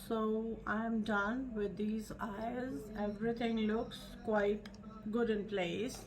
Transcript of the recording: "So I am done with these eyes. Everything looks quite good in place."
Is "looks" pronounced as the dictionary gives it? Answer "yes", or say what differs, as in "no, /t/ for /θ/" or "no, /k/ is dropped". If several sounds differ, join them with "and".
yes